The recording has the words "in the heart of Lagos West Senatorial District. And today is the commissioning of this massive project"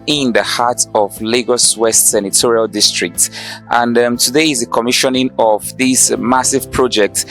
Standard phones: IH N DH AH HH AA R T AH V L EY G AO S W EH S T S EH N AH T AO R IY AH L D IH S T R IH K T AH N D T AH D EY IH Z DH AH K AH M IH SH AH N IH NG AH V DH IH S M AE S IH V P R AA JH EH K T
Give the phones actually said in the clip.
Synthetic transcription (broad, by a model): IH N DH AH HH AA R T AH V L EY G AO S W EH S T S EH N AH T AO R IY AH L D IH S T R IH K T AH N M T AH D EY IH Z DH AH K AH M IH SH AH N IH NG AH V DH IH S M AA S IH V P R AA JH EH K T